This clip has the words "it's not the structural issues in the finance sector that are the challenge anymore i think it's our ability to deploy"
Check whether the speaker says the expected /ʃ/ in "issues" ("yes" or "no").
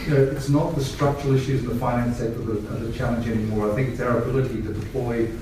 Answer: yes